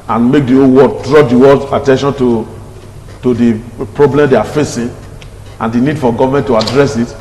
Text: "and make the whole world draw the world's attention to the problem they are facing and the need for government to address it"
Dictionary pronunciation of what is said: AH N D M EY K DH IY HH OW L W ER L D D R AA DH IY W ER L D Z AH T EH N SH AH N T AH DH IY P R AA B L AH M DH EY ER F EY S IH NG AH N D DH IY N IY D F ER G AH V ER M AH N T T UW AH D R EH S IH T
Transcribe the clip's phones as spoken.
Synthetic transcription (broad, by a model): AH N M EY K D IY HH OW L W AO D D R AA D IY W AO D AH T EH N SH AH N T AH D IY P R AA B L AH M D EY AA F EY S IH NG AH N D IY N IY D F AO G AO V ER M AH N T T UW AH D R EH S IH T